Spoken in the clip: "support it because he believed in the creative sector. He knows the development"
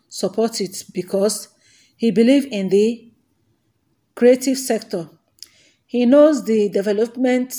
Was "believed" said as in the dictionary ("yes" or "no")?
no